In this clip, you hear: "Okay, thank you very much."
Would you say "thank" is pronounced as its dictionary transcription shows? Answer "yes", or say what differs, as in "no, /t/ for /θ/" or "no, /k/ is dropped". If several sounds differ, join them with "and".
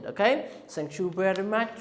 no, /s/ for /θ/